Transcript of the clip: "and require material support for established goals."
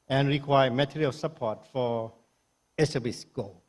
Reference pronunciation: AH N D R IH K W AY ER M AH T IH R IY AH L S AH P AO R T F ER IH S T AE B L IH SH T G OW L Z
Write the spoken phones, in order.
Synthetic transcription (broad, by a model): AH N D R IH K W AY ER M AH T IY R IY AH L S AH P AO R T F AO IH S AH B IH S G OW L